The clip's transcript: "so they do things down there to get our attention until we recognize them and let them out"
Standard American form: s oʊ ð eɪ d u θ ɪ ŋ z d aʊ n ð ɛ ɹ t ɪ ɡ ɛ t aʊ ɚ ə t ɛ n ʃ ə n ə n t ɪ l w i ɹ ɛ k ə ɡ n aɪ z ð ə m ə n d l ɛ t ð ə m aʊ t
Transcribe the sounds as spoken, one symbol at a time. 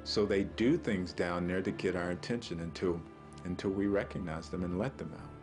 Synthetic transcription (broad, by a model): s oʊ ð eɪ d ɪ θ ɪ ŋ z d aʊ n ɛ ɹ t ɪ ɡ ɛ t aʊ ɚ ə t ɛ n ʃ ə n ə n t ɪ l w i ɹ ɛ k ə ɡ n aɪ z ð ə m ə n l ɛ t ð ə m aʊ t